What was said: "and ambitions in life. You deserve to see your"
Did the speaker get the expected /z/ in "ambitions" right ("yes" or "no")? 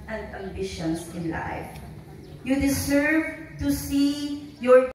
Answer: no